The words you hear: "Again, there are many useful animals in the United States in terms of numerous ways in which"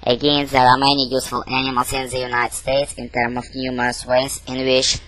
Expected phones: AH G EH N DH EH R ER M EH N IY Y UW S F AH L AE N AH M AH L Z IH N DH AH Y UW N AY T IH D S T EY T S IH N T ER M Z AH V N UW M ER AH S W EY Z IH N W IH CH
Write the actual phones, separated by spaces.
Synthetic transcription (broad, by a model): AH G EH N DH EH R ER M EH N IY Y UW S F AH L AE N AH M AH L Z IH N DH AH Y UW N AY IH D S T EY T S IH N T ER M AH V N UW M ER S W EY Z IH N W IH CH